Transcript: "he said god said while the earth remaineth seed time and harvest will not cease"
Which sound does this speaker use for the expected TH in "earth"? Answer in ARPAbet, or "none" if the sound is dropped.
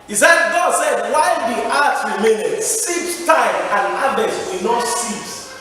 T